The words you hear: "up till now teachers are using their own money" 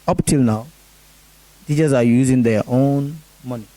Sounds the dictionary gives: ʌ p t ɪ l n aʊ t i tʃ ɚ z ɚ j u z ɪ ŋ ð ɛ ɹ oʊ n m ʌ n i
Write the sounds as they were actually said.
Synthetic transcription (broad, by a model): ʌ p t ɪ l n aʊ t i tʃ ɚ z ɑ j u z ɪ ŋ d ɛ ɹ oʊ n m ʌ n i